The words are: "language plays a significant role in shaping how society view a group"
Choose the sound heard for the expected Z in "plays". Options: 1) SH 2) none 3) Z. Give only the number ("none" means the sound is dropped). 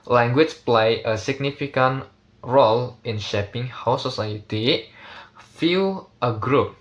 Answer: 2